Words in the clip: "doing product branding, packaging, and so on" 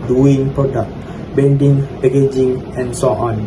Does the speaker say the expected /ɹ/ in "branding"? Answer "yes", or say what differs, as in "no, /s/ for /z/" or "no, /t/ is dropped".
no, /ɹ/ is dropped